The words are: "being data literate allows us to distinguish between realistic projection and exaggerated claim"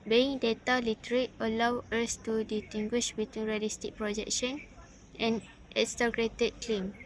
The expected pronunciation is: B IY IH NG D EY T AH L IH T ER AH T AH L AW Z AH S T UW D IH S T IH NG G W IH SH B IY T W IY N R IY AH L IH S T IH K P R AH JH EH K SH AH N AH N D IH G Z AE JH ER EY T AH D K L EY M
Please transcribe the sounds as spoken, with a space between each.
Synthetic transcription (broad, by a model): B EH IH NG D EY T AH L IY T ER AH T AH L AW AH S T UW D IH T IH NG G W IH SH B IY T W IY N R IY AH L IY S T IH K P R AH JH EH K SH AH N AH N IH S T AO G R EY T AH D K L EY M